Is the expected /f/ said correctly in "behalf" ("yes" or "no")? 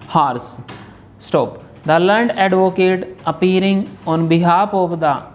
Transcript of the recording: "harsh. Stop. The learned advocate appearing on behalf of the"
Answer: no